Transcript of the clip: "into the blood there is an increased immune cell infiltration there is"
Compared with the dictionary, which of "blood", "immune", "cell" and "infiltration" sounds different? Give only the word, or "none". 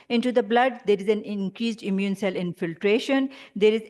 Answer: none